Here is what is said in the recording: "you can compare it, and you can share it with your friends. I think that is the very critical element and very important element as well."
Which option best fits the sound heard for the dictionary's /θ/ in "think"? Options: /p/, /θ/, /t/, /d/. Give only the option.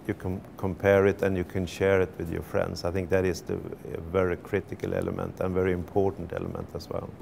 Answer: /θ/